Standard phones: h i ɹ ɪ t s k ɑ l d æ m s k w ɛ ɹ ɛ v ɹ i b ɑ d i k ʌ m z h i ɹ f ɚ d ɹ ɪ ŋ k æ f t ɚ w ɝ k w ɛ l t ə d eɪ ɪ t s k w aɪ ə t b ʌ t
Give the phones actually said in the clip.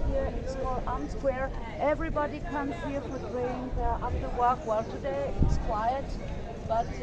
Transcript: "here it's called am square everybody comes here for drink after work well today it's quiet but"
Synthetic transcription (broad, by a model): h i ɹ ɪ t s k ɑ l ɑ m s k w ɛ ɹ ɛ v ɹ i b ɑ d i k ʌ m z h i ɹ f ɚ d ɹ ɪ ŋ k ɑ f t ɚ w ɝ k w ɛ l t ə d eɪ ɪ t s k w aɪ ə t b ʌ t